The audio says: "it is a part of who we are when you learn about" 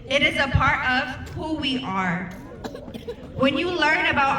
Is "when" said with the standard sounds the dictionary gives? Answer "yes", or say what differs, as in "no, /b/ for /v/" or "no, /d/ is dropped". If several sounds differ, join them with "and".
yes